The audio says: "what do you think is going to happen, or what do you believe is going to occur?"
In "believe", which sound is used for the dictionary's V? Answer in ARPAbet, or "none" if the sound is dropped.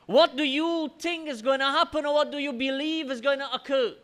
V